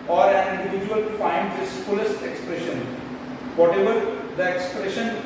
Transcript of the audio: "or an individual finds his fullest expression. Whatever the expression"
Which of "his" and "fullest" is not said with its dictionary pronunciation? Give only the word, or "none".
his